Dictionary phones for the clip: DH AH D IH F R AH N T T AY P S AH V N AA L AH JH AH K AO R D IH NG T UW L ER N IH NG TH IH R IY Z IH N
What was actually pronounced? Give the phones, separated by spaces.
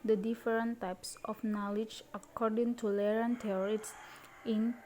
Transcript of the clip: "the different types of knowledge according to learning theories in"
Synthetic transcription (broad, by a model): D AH D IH F R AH N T T AY P S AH F N AA L AH JH AH K AO R D IH NG T UW L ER IH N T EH R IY S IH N